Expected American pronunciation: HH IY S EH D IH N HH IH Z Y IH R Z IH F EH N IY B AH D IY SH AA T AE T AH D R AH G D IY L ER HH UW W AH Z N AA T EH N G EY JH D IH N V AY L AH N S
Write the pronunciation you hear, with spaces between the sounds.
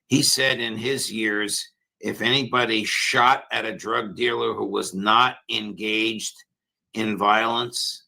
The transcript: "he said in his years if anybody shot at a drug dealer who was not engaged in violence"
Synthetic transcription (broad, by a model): HH IY S EH D IH N IH Z Y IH R Z IH F EH N IY B AH D IY SH AA T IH T AH D R AH G D IY L ER HH UW W AH Z N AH T EH N G EY JH D IH N V AY L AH N S